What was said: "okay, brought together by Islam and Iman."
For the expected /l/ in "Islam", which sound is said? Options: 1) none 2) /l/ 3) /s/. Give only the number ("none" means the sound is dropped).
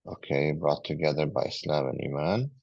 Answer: 2